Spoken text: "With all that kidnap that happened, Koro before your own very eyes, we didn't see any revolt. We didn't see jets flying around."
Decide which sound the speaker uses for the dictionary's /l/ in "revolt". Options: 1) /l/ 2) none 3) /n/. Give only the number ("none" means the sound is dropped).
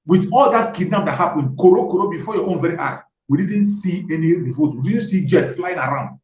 2